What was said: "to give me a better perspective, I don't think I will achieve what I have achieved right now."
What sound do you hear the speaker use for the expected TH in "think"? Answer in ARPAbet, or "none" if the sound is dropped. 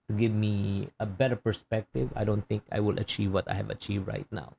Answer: T